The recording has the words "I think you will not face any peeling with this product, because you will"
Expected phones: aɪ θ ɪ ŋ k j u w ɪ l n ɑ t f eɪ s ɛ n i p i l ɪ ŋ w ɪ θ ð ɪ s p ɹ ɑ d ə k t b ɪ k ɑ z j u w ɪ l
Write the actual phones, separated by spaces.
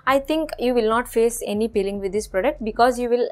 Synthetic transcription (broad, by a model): aɪ t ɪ ŋ k j u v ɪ l n ɑ t f eɪ s ɛ n i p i l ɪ ŋ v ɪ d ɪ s p ɹ ɑ d ə k t b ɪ k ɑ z j u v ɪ l